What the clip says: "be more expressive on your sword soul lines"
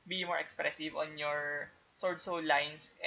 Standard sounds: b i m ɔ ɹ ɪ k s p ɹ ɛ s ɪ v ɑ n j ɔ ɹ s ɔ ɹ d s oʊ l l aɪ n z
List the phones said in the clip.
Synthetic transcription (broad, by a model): b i m ɔ ɹ ɪ k s p ɹ ɛ s ɪ v ɑ n j ɔ ɹ s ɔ ɹ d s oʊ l l aɪ n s